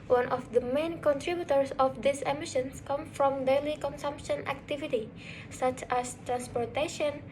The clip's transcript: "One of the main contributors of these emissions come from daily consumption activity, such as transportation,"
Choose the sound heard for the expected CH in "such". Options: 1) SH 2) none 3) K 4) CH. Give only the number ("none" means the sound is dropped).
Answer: 4